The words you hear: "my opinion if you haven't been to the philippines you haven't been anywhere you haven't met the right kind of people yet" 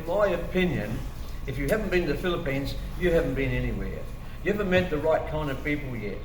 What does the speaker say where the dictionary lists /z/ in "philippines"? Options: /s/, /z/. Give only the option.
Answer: /z/